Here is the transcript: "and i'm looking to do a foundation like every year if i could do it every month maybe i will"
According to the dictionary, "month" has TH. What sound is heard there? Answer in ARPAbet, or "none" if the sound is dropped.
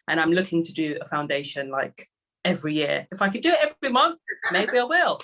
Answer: TH